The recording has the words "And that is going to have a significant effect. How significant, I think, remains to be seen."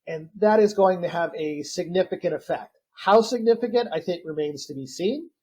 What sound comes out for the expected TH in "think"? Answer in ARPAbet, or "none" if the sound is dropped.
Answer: TH